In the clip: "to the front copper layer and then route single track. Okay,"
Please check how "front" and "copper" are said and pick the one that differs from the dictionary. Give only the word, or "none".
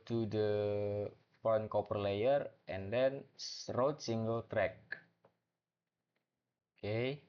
front